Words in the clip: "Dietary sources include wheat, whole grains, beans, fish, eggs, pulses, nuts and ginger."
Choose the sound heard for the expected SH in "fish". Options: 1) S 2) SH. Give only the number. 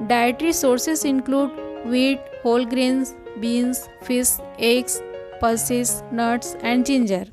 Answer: 1